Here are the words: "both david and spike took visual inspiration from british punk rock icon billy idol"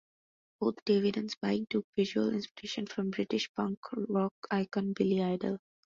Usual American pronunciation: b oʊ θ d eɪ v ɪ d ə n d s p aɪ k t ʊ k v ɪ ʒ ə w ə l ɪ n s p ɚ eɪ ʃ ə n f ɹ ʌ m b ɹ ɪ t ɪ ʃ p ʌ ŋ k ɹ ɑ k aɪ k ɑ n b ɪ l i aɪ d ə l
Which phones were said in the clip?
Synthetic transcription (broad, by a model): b oʊ t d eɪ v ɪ d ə n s b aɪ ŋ t ʊ k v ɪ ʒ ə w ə l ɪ n s p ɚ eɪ ʃ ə n f ɹ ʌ m b ɹ ɪ t ɪ ʃ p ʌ ŋ k ɹ ɑ k aɪ k ɑ n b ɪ l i aɪ d ə l